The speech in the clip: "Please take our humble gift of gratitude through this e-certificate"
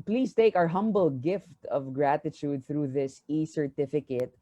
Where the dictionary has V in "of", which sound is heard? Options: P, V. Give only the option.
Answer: V